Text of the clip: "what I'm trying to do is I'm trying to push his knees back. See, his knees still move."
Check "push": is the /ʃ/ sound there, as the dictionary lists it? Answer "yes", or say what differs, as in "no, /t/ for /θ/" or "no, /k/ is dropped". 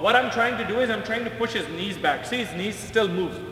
yes